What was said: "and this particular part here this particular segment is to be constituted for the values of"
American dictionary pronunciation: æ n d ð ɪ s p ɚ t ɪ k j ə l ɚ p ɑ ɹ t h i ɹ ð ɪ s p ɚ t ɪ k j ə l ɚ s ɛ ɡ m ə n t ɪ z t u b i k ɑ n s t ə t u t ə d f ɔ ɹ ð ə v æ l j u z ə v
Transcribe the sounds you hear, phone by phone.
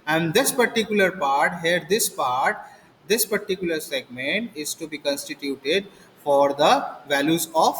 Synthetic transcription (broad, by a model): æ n d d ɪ s p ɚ t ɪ k j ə l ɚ p ɑ ɹ t h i ɹ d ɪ s p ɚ t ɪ k j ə l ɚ s ɛ ɡ m ə n t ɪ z t u b i k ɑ n s t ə t u t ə d f ɔ ɹ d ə v æ l j u z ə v